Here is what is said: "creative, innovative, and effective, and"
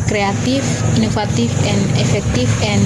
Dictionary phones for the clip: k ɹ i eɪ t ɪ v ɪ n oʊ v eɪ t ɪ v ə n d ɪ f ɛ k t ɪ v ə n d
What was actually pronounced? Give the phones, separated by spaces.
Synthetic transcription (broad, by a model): k ɹ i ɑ t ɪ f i n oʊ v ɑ t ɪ f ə n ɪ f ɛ k t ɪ f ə n